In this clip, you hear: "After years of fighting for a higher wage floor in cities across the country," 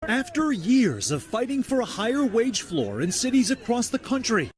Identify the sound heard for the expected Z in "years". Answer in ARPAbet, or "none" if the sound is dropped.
Z